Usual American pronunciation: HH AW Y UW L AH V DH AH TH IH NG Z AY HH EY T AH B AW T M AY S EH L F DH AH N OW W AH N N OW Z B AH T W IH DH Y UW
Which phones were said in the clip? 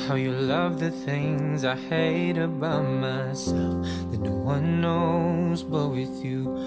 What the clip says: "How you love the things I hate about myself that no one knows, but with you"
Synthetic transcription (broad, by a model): HH AW Y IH L AH V DH AH TH IH NG Z AY HH EY T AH B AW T M AY S EH L F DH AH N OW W AH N N OW Z B AH T W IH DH Y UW